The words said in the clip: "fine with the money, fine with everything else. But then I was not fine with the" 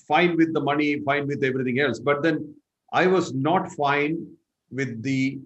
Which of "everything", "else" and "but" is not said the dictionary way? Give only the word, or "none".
everything